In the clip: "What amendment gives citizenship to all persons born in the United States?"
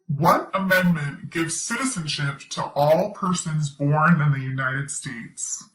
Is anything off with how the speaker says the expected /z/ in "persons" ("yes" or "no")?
no